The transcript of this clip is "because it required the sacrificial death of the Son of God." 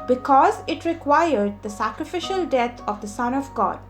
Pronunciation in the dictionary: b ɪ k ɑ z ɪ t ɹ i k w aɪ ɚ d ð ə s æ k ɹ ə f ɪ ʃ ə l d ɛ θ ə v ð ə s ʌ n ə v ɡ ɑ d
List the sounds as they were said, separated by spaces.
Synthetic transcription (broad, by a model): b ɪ k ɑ z ɪ t ɹ i k w aɪ ɚ d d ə s æ k ɹ ə f ɪ ʃ ə l d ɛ t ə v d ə s ʌ n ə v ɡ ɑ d